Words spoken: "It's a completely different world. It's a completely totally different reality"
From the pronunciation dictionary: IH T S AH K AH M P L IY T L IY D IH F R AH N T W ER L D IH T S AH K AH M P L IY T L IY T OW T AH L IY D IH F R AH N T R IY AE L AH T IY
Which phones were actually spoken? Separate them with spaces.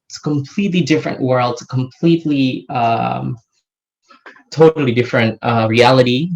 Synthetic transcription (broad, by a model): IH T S AH K AH M P L IY T L IY D IH F R AH N T W ER L D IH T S AH K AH M P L IY T L IY T OW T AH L IY D IH F R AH N T R IY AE L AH T IY